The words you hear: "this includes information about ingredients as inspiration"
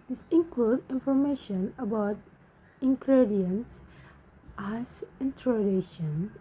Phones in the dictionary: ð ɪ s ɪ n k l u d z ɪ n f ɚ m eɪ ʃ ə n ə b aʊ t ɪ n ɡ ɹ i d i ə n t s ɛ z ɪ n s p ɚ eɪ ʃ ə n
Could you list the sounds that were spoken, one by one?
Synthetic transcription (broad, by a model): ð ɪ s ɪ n k l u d ɪ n f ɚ m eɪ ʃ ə n ə b aʊ t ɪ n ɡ ɹ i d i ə n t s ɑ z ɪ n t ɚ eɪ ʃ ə n